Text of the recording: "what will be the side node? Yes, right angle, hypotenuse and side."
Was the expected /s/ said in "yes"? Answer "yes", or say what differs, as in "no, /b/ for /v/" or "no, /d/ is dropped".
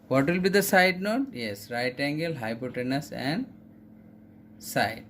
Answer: yes